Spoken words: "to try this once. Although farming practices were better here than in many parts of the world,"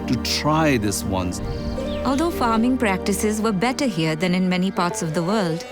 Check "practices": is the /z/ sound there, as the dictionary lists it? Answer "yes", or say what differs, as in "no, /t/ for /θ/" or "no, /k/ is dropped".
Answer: yes